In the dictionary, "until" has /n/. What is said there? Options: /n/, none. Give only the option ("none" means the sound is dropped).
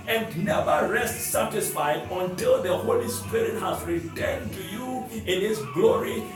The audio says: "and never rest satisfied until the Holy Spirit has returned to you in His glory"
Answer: /n/